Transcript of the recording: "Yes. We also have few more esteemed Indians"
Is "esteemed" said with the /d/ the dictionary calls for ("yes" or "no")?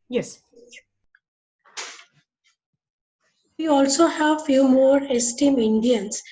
no